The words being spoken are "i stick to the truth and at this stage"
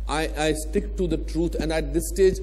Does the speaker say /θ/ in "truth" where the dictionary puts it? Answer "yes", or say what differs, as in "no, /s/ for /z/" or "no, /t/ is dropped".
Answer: no, /t/ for /θ/